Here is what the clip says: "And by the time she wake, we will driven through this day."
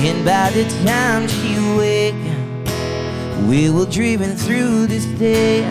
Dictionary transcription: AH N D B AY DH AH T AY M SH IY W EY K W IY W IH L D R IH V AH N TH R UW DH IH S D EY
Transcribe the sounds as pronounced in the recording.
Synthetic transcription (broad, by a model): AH N B AY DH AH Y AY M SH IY W EY K W IY W IH L D R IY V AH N TH R UW DH IH S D EY